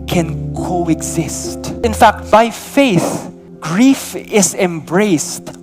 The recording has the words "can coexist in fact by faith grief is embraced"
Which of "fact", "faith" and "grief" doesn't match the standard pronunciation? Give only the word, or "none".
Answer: none